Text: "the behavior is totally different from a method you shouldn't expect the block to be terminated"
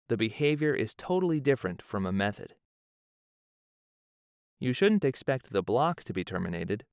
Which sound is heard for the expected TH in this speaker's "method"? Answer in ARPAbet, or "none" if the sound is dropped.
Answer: TH